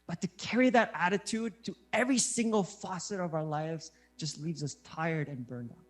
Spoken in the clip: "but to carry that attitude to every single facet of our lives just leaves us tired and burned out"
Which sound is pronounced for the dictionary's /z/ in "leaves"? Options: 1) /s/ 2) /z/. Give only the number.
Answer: 2